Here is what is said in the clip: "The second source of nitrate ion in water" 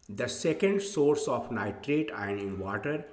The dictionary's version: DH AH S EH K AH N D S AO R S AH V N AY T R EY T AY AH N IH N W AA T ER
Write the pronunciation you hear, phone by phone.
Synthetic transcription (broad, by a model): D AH S EH K AH N D S AO R S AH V N AY T R EY T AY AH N IH N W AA T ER